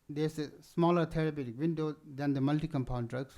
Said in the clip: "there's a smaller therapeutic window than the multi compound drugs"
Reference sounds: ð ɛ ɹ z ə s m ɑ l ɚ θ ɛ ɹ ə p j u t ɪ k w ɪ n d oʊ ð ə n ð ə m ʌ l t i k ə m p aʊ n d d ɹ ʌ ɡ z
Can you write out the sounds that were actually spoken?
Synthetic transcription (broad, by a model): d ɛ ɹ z ə s m ɑ l ɚ t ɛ ɹ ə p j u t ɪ k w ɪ n d oʊ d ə n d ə m ʌ l t i k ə m p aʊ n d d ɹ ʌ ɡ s